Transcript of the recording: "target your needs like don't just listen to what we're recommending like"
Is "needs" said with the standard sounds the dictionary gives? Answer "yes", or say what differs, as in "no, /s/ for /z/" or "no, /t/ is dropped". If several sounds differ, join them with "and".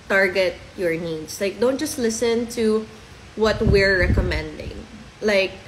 no, /s/ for /z/